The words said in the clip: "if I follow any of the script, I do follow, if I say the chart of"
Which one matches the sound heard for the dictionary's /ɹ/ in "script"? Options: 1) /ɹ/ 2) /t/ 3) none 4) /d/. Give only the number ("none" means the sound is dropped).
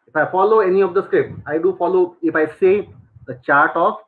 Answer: 1